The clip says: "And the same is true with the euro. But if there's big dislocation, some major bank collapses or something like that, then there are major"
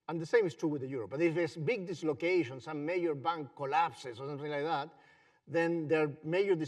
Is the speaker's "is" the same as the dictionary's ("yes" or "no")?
no